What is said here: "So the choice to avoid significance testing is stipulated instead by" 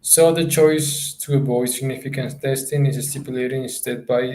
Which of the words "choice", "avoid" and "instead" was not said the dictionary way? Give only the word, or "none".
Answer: avoid